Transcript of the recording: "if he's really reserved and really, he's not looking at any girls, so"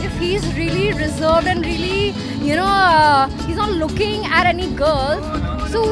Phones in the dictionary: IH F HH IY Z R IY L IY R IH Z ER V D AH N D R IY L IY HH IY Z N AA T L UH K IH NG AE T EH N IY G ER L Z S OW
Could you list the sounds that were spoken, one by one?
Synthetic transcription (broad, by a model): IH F HH IY Z R IY L IY R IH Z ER V D AH N D R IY L IY HH IY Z N AA T L UH K IH NG AE T EH N IY G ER L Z S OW